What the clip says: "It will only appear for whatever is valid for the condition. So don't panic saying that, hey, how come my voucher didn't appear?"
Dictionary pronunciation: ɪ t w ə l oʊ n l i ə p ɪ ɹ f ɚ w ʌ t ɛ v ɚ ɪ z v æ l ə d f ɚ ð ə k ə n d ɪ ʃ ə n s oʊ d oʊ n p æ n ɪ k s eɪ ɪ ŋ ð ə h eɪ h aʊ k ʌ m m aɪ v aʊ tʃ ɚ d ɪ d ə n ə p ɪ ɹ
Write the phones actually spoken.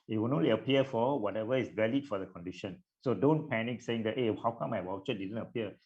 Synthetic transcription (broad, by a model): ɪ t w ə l oʊ n l i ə p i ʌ f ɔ w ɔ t ɛ v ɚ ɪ s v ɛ l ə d f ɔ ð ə k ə n d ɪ ʃ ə n s oʊ d oʊ n p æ n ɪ k s eɪ ɪ ŋ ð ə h eɪ h aʊ k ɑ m m aɪ w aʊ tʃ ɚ d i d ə n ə p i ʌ